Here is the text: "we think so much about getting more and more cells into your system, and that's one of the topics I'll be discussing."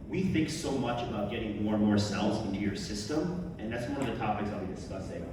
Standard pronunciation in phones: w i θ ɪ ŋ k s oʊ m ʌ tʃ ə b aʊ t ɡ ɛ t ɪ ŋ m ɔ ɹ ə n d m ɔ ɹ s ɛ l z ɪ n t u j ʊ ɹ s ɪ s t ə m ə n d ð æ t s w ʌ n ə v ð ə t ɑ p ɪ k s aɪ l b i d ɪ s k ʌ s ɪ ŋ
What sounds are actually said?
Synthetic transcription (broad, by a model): w i θ ɪ ŋ k s oʊ m ʌ tʃ ə b aʊ t ɡ ɛ t ɪ ŋ m ɔ ɹ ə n m ɔ ɹ s ɛ l z ɪ n t u j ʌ ɹ s ɪ s t ə m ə n ð æ t s w ʌ n ə v ð ə t ɑ p ɪ k s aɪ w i d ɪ s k ʌ s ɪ